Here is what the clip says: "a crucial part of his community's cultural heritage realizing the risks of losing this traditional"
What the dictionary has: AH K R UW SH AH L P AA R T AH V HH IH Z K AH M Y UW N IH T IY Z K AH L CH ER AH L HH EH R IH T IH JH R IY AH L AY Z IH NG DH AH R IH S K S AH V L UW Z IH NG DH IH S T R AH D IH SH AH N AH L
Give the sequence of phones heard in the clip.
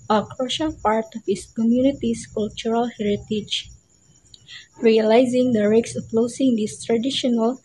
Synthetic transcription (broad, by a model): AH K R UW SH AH L P AA R T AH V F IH S K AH M Y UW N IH T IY S K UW L CH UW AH L HH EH R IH T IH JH R IY AH L AY Z IH NG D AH R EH K S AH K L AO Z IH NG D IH S T R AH D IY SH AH N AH L